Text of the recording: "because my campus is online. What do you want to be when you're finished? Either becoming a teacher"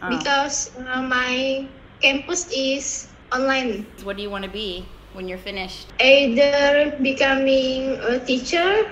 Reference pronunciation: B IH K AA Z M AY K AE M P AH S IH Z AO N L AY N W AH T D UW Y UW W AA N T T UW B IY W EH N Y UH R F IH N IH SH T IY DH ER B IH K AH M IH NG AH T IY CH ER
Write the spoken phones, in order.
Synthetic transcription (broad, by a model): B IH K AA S M AY K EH M P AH S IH S AO N L AY N W AH T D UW Y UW W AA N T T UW B IY W EH N Y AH R F IH N IH SH T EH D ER B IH K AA M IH NG AH T IY CH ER